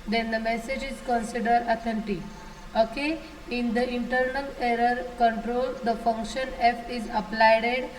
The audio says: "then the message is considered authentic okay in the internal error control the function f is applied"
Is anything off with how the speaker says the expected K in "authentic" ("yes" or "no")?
yes